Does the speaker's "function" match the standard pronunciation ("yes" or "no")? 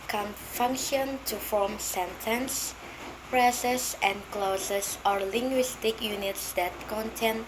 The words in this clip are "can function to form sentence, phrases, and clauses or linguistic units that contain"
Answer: yes